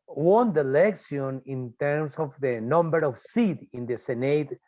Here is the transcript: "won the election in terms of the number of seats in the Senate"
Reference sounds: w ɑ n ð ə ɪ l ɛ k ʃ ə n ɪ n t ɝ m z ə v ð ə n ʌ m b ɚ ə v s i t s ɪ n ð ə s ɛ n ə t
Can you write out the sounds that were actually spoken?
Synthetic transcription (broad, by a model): w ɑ n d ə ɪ l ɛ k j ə n ɪ n t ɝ m s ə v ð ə n ʌ m b ɚ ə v s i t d ɪ n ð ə s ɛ n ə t